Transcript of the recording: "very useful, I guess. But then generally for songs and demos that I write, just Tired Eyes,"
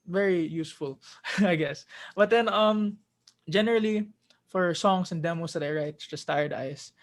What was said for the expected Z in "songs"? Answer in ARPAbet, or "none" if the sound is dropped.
S